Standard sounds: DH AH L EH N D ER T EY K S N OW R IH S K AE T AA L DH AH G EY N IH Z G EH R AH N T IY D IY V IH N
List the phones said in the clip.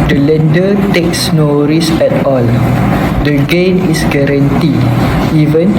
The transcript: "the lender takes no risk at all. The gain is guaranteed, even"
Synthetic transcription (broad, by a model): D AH L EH N D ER T EY K S N OW R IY S EH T AA L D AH G EY N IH S G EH R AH N T IY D IY V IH N